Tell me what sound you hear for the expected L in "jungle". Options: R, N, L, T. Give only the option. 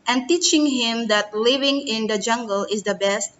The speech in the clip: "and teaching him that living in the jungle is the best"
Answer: L